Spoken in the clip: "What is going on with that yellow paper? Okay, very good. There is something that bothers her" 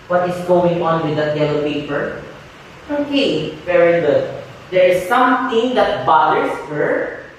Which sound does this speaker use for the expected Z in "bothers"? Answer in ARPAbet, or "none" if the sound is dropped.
S